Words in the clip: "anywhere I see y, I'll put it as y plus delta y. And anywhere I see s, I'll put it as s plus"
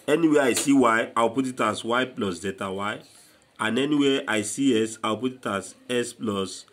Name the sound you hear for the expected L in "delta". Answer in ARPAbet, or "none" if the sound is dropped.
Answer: none